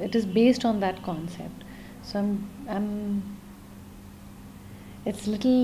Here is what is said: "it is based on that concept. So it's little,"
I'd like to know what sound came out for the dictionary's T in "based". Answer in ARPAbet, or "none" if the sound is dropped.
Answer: T